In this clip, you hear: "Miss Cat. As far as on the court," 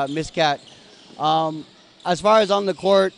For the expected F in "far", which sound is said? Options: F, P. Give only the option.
F